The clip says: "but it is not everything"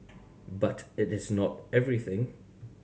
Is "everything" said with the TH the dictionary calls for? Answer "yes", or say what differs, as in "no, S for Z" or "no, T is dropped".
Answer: yes